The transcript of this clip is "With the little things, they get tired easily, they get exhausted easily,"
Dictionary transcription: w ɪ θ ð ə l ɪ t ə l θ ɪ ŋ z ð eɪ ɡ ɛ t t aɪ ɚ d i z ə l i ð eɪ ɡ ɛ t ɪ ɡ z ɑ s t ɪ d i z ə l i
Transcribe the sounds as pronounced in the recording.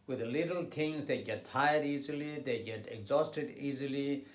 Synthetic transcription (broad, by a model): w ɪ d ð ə l ɪ t ə l t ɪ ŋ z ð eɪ ɡ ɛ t t aɪ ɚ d i z ə l i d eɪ ɡ ɛ t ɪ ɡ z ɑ s t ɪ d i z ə l i